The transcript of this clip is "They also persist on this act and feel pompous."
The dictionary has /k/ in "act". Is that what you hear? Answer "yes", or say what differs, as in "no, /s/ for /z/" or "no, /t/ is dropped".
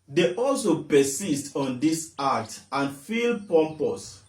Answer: no, /k/ is dropped